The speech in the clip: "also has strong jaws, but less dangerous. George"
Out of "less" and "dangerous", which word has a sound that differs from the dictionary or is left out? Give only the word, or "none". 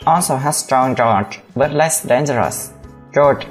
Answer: none